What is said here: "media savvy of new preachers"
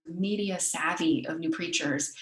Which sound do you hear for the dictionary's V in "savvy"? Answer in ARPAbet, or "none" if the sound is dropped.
V